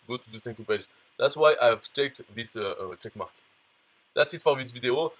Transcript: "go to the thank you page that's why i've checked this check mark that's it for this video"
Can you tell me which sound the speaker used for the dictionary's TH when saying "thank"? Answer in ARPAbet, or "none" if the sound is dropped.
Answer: S